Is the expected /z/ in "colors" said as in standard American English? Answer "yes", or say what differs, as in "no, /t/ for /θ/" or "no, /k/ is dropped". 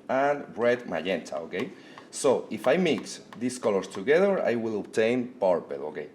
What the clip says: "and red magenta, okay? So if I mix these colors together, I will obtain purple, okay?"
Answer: no, /s/ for /z/